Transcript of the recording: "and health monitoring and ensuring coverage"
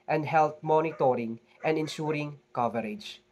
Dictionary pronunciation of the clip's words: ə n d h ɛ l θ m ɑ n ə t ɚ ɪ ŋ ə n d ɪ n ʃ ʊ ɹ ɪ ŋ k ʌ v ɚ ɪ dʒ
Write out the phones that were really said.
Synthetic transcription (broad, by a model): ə n d h ɛ l t m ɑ n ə t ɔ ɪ ŋ ə n d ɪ n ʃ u ɹ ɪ ŋ k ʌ v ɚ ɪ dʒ